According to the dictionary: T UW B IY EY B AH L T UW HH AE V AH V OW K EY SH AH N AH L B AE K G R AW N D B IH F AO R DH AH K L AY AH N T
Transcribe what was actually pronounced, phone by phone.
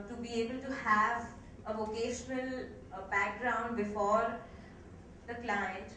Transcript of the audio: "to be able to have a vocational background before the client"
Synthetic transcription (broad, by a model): T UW B IY EY B AH L T UW HH AE V AH V OW K EY SH AH N AH L B AE K G R AW N D B IH F AO R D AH K L AY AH N T